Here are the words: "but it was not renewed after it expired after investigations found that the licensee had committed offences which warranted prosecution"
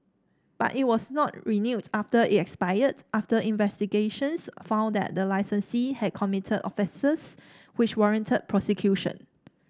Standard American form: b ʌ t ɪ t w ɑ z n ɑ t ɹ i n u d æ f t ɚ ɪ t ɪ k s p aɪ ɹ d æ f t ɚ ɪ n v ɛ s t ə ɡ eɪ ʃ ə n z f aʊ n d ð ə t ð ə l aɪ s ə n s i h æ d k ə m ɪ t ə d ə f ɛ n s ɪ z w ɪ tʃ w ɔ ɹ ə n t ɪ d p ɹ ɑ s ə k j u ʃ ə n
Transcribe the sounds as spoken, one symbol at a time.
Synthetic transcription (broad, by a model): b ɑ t ɪ t w ɑ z n ɑ t ɹ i n u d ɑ f t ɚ ɪ t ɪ k s p aɪ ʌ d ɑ f t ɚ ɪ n v ɛ s t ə ɡ eɪ ʃ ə n s f aʊ n d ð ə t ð ə l aɪ s ə n s i h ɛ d k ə m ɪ t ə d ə f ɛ s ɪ s w ɪ tʃ w ɔ ɹ ə n t ɪ d p ɹ ɑ s ə k j u ʃ ə n